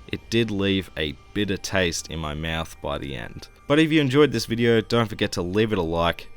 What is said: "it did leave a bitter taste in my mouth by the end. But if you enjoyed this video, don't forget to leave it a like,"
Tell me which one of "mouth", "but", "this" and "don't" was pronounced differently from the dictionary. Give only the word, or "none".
none